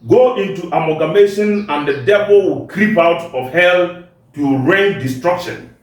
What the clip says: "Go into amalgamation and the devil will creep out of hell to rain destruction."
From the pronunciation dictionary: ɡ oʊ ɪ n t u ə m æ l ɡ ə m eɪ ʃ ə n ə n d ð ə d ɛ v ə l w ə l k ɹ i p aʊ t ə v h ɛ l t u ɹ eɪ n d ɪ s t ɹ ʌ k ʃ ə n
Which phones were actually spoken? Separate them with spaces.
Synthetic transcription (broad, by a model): ɡ oʊ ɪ n t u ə m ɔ ɡ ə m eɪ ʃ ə n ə n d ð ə d ɛ v ə l w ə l k ɹ i p aʊ t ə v h ɛ l t u ɹ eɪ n d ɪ s t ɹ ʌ k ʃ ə n